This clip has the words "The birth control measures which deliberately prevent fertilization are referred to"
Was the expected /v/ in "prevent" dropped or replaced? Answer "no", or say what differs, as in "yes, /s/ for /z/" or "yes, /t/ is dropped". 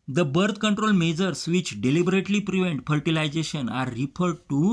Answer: no